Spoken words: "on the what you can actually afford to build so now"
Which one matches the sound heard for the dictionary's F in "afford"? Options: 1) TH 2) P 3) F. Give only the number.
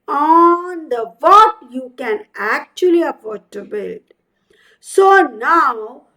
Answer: 2